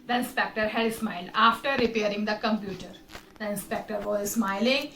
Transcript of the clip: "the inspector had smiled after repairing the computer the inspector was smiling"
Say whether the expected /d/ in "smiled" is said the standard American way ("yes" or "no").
yes